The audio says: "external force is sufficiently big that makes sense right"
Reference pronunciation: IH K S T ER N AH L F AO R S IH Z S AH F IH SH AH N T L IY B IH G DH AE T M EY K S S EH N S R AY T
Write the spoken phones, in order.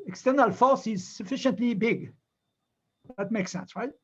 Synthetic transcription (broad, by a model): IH K S T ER N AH L F AO R S IH Z S AH F IH SH AH N T L IY B IH G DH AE T M EY K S S EH N S R AY T